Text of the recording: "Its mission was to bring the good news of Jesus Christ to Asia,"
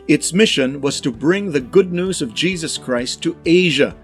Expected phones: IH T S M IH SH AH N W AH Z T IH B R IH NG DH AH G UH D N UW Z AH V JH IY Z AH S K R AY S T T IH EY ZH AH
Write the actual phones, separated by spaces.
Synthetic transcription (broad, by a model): IH T S M IH SH AH N W AH Z T IH B R IH NG DH AH G UH D N UW Z AH V JH IY Z AH S K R AY S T T IH EY ZH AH